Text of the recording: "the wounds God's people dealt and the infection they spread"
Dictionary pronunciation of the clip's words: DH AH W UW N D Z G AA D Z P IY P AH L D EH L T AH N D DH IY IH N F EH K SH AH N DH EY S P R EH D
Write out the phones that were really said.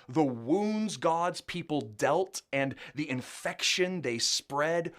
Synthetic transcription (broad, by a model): DH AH W UW N D Z G AA D Z P IY P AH L D EH L T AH N DH IY IH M F EH K SH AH N DH EY S P R EH D